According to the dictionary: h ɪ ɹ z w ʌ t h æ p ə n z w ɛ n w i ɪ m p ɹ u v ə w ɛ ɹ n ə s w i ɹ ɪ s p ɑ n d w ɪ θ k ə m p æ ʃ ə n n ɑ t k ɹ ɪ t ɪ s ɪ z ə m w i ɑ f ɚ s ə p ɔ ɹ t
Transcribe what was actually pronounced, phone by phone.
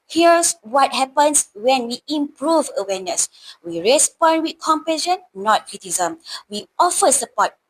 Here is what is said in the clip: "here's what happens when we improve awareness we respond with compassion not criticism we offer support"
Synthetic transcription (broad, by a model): h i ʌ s w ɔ t h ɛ p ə n s w ɛ n w i ɪ m p ɹ u v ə w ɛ n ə s w i ɹ ɪ s p ɑ n d w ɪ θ k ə m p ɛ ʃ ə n n ɑ t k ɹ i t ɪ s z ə m w i ɑ f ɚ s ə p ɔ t